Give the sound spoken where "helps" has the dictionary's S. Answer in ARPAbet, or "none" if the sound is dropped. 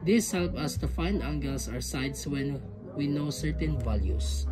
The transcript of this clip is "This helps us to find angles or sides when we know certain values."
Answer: none